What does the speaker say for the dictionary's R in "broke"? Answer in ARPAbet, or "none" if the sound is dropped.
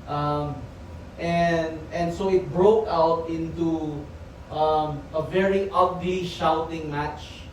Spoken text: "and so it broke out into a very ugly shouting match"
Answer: R